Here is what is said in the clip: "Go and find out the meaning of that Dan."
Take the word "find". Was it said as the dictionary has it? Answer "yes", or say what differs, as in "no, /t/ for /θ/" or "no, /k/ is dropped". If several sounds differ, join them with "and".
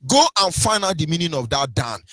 no, /d/ is dropped